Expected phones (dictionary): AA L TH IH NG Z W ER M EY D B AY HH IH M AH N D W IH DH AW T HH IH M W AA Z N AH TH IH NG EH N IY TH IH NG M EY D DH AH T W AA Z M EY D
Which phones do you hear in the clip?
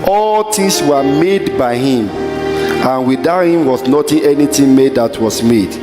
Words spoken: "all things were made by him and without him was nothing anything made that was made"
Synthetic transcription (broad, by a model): AA L T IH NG S W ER M EY D B AY HH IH M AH N W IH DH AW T HH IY M W AA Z N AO T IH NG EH N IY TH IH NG M EY D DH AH T W AA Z M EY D